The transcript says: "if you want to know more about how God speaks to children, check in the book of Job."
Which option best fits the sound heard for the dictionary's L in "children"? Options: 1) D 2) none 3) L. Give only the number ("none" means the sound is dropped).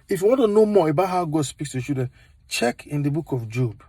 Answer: 2